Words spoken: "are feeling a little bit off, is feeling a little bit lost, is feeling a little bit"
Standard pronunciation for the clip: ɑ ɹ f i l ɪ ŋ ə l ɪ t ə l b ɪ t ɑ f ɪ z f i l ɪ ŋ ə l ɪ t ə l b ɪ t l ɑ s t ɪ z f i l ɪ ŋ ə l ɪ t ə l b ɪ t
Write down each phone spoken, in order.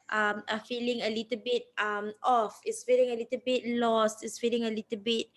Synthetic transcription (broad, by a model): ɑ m f i l ɪ ŋ ə l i t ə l b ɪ t ɑ f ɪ s f i l ɪ ŋ ə l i t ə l b ɪ t l ɑ s t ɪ s f i l ɪ ŋ ə l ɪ t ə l b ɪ t